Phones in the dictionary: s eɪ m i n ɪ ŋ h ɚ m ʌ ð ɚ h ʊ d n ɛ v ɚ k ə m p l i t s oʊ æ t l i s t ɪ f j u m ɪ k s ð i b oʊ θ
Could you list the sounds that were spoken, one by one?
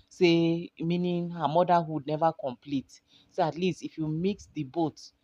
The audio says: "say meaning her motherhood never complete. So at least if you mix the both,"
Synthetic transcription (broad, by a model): s eɪ m i n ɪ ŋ h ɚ m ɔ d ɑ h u d n ɛ v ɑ k ə m p l i t s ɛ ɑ t l i s t ɪ f j u m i k s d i b oʊ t